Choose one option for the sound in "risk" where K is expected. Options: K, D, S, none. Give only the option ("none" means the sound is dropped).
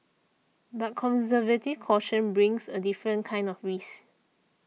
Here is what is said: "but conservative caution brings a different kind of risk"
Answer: none